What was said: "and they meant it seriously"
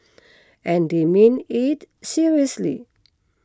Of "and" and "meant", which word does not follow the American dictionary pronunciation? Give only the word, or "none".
meant